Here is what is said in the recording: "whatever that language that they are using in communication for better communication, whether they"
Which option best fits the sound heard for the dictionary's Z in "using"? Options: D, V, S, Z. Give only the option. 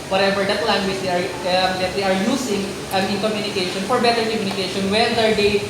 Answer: S